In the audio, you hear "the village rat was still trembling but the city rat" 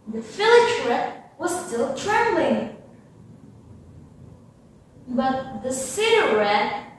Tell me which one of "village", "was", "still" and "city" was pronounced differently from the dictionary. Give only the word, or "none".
village